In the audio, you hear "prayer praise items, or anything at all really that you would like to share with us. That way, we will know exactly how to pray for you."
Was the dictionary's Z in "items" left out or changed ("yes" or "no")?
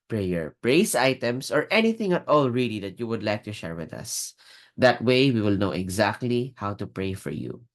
yes